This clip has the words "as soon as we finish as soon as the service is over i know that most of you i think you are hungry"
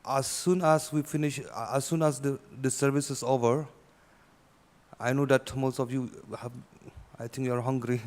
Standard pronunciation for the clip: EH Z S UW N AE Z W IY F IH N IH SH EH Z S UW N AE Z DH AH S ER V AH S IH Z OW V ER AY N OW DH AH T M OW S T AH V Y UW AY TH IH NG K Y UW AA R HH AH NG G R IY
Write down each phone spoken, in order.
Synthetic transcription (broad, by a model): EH S UW N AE S W IY F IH N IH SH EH S UW N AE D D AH S ER V AH S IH S OW V ER AY N OW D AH T M OW S T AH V Y UW AY T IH NG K Y UW AA R HH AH NG G R IY